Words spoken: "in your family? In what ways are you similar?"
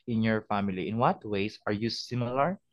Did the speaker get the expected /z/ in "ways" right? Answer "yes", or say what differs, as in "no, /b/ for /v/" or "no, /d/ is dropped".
no, /s/ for /z/